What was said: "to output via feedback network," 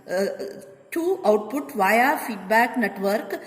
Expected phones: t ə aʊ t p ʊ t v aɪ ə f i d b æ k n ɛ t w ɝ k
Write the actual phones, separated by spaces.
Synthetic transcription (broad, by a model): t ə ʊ t p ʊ t v aɪ ə f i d b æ k n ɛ t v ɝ k